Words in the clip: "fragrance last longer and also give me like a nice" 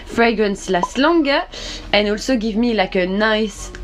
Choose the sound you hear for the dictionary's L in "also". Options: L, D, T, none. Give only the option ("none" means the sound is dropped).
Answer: L